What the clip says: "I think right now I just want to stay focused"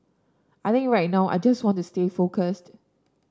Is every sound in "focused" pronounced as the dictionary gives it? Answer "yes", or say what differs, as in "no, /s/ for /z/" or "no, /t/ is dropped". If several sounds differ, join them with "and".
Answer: yes